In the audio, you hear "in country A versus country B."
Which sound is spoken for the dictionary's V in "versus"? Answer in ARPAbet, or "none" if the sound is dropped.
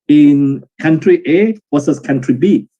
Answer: W